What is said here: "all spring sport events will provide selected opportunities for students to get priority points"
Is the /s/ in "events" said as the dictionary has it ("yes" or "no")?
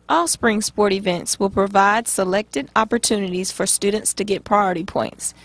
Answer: yes